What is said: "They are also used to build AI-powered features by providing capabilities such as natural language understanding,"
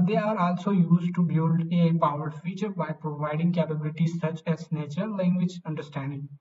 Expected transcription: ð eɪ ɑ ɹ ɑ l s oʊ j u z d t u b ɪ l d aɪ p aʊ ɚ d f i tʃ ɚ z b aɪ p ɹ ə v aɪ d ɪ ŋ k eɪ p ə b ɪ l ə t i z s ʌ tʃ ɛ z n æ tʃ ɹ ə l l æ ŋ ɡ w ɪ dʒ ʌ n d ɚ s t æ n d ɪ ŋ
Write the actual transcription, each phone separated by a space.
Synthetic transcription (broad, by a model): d eɪ ɑ ɹ ɑ l s oʊ j u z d t u b ɪ l d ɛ p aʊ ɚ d f i tʃ ɚ b aɪ p ɹ ə v aɪ d ɪ ŋ k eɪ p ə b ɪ l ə t i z s ʌ tʃ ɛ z n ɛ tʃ ə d l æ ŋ ɡ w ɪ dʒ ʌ n d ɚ s t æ n d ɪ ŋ